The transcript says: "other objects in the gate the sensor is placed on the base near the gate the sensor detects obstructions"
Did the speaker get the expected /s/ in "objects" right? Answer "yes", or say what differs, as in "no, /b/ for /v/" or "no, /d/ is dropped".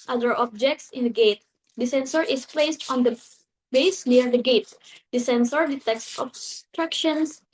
yes